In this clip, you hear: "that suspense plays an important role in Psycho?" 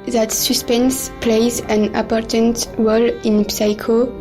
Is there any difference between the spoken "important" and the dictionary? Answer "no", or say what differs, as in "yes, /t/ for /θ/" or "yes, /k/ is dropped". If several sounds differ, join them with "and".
yes, /m/ is dropped